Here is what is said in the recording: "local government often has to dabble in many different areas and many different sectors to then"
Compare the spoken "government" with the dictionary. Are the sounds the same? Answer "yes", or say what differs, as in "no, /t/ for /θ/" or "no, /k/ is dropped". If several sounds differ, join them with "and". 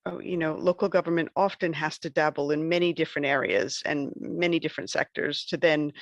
yes